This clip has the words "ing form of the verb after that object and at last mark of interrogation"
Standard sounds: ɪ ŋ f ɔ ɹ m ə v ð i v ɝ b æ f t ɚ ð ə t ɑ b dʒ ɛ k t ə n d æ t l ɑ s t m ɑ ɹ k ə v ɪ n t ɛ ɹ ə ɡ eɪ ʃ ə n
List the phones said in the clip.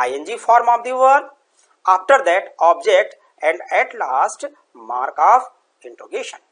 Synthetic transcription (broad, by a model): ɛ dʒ f ɔ ɹ m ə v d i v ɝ ɑ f t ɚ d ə t ɑ b dʒ ɛ k t ə n d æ t l ɑ s t m ɑ ɹ k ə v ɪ n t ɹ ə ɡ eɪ ʃ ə n